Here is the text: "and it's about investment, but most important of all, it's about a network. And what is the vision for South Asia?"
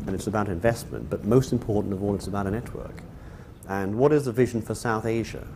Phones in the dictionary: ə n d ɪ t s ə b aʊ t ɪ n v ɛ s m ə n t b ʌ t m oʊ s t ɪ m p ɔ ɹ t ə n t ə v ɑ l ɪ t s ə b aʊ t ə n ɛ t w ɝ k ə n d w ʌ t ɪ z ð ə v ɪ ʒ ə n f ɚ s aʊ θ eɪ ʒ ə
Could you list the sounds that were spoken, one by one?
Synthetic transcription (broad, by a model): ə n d ɪ t s ə b aʊ t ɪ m v ɛ s m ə n b ʌ t m oʊ s t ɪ m p ɔ ɹ t n t ə v ɑ l ɪ t s ə b aʊ t ə n ɛ t w ɝ k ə n w ʌ t ɪ z ð ə v ɪ ʒ n f ɚ s aʊ θ eɪ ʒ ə